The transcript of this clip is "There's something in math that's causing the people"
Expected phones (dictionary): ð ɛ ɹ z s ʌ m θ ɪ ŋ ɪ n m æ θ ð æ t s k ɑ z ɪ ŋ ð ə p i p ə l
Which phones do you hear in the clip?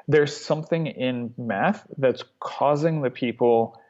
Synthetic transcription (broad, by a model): ð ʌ ɹ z s ʌ m θ ɪ ŋ ɪ n m æ θ ð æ t s k ɑ z ɪ ŋ ð ə p i p l